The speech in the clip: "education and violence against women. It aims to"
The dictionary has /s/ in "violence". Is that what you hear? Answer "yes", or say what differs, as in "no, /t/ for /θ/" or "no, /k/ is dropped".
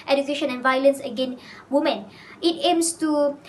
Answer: yes